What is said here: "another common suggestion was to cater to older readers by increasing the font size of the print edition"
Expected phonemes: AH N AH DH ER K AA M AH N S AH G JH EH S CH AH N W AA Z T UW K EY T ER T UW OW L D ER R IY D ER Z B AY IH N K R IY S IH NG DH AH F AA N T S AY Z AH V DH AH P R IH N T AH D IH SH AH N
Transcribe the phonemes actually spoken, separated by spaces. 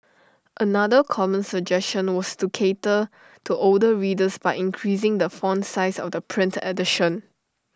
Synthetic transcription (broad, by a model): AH N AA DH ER K AA M AH N S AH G JH EH S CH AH N W AA S T UW K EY T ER T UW OW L D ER R IY D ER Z B AY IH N K R IY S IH NG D AH F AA N S AY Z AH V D AH P R IH N T AH D IH SH AH N